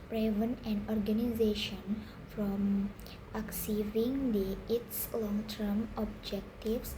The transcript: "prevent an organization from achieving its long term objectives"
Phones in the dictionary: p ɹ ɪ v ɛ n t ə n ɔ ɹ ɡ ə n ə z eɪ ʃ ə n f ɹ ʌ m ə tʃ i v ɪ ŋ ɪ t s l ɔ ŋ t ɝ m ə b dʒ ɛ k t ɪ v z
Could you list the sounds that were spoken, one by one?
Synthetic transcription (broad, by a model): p ɹ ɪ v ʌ n ə n ɔ ɹ ɡ ə n ə z eɪ ʃ ə n f ɹ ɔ m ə s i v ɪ ŋ ɪ t s l ɔ ŋ t ɝ m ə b dʒ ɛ k t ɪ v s